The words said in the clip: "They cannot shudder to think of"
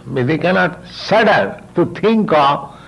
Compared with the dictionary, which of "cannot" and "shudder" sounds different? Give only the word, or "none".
shudder